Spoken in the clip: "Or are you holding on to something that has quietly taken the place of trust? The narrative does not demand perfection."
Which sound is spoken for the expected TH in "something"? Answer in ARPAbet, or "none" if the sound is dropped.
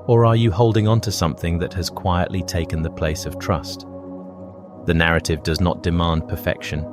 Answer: TH